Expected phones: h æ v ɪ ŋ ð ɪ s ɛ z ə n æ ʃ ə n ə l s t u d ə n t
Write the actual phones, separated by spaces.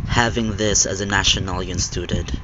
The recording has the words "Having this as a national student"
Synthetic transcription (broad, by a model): h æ v ɪ ŋ ð ɪ s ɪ z ə n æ ʃ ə n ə n s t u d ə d